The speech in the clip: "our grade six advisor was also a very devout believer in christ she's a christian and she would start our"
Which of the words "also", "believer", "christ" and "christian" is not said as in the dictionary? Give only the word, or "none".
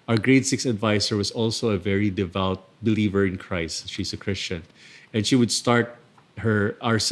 none